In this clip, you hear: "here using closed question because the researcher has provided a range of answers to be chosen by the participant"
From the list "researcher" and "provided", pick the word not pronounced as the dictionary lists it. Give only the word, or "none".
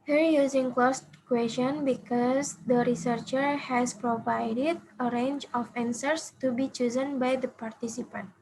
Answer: none